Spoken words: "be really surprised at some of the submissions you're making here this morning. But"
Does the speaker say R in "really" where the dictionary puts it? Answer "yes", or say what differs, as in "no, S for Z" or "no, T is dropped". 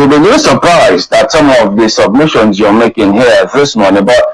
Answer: no, L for R